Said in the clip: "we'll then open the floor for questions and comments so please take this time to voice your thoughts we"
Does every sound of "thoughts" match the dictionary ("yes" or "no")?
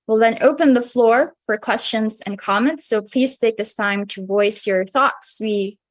yes